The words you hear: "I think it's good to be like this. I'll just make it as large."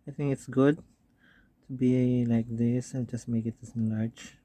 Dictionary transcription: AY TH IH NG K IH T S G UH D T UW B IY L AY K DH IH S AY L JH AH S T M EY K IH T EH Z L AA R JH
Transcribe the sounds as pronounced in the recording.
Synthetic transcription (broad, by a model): AY T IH NG K IH T S G UH D T UW B IY L AY K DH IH S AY N JH AH S T M EY K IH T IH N L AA R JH